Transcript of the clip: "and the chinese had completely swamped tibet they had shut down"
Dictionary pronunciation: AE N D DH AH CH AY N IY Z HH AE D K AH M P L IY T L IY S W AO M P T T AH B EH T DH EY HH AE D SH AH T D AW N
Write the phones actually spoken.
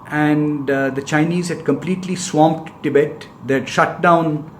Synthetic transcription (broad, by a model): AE N D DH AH CH AY N IY Z HH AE D K AH M P L IY T L IY S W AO M P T T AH B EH T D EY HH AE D SH AH T D AW N